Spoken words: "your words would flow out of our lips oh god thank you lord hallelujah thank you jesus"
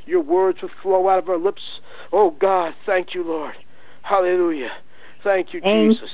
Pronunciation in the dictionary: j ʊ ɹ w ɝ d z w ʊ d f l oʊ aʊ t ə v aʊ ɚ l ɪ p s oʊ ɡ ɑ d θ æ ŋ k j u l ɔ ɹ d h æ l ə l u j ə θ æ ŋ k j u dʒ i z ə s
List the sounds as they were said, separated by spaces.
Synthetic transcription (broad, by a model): j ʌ ɹ w ɝ d z w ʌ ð f l oʊ aʊ t ə v aʊ ɚ l ɪ p s oʊ ɡ ɑ d θ æ ŋ k j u l ɔ ɹ d h æ l ə l u j ə θ æ ŋ k j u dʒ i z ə s